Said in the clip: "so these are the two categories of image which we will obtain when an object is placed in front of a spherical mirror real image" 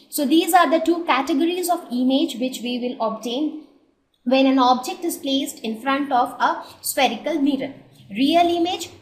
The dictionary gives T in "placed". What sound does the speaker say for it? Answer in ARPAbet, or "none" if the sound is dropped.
T